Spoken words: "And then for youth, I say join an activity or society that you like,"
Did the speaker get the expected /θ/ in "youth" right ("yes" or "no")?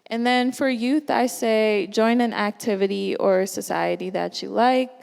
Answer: yes